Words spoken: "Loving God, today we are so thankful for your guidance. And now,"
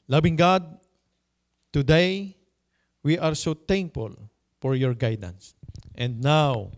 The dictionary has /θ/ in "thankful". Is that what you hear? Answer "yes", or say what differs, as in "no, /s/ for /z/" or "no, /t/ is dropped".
no, /t/ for /θ/